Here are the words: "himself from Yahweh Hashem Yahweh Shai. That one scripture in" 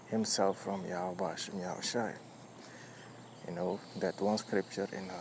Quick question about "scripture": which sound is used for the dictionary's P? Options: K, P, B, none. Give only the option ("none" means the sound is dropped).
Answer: P